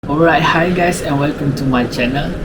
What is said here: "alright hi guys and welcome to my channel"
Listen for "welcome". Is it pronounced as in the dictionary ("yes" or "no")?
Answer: yes